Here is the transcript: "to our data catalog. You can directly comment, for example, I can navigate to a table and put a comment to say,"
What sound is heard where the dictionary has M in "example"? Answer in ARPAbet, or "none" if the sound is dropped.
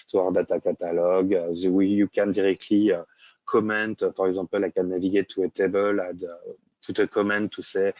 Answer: none